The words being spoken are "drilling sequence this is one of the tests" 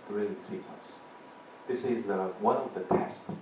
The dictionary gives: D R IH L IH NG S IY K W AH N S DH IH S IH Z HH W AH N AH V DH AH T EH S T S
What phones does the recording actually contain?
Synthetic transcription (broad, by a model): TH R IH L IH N S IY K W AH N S DH IH S IH Z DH W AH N AH V DH AH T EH S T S